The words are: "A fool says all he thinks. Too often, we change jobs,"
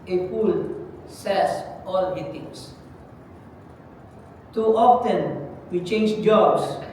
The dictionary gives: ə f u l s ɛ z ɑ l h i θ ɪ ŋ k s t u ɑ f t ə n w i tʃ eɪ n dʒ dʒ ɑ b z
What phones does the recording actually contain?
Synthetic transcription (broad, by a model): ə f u l s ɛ s ɑ l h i t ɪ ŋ s t u ɑ f t ə n w i tʃ eɪ n dʒ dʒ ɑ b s